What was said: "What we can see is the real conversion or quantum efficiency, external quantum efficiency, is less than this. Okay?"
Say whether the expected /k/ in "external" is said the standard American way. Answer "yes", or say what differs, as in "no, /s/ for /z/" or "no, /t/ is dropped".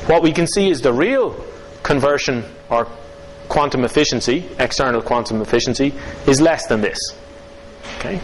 yes